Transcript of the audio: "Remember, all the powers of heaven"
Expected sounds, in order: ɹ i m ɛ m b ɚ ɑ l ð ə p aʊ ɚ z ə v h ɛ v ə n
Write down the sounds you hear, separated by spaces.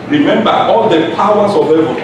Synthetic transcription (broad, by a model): ɹ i m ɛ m b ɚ ɑ l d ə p aʊ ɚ s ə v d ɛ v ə